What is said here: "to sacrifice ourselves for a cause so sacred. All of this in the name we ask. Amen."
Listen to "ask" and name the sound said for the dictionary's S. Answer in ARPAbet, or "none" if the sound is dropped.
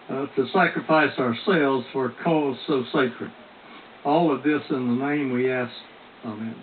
S